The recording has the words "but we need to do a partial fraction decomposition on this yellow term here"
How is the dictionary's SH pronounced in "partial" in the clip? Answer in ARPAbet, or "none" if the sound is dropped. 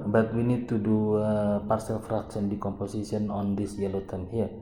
S